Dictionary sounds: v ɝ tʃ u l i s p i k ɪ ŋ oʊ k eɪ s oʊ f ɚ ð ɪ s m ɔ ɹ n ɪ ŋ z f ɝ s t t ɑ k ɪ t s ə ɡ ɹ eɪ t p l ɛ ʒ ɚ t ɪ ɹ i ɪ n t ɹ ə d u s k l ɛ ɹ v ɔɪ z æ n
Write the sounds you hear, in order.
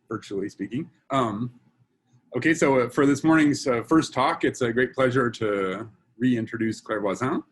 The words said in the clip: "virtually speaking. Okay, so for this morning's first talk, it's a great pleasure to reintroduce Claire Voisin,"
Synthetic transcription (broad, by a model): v ɝ tʃ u l i s p i k ɪ ŋ oʊ k eɪ s oʊ f ɚ ð ɪ s m ɔ ɹ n ɪ ŋ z f ɝ s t t ɑ k ɪ t s ə ɡ ɹ eɪ t p l ɛ ʒ ɚ t ɪ ɹ i ɪ n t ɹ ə d u s k l ɛ ɹ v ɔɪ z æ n